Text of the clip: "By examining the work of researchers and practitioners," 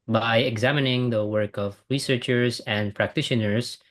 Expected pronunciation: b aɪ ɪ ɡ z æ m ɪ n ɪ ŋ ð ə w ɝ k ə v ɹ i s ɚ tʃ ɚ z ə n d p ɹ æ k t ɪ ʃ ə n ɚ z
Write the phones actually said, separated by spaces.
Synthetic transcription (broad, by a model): b aɪ ɪ ɡ z æ m ɪ n ɪ ŋ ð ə w ɝ k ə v ɹ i s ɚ tʃ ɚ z ə n d p ɹ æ k t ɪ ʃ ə n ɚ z